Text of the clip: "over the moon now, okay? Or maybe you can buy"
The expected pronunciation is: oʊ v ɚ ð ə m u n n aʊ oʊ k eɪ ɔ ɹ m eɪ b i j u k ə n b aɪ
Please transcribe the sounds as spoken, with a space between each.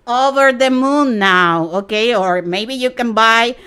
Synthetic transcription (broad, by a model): oʊ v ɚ ð ə m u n n aʊ oʊ k eɪ ɔ ɹ m eɪ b i j u k ə n b aɪ